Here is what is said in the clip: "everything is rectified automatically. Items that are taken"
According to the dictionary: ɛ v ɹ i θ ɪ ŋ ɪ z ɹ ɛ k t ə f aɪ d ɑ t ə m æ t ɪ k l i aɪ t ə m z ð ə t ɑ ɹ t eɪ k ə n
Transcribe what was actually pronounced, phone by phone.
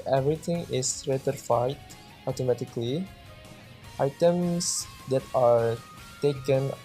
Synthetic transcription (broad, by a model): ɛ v ɹ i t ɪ ŋ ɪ s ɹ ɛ t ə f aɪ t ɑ t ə m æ t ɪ k l i aɪ t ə m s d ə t ɑ ɹ t eɪ k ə n